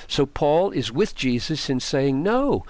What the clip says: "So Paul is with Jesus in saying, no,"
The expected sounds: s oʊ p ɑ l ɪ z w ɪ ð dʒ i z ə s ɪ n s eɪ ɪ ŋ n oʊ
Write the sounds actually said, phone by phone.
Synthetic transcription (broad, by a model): s oʊ p ɑ l ɪ z w ɪ ð dʒ i z ə s ɪ n s eɪ ɪ ŋ n oʊ